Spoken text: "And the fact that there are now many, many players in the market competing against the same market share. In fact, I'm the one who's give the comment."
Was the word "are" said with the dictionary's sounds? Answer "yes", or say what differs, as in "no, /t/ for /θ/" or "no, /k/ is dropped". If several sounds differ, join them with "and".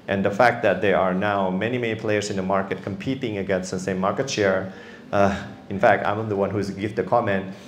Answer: yes